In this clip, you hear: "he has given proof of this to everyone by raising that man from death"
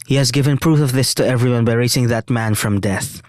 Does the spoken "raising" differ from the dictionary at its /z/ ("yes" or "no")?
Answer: yes